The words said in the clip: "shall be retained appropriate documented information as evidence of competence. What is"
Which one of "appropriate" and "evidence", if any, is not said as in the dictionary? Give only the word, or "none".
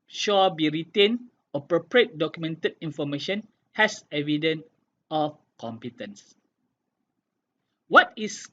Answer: evidence